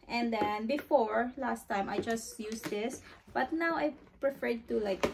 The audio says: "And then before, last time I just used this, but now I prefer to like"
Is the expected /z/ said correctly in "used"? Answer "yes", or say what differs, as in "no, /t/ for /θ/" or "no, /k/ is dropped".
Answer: no, /s/ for /z/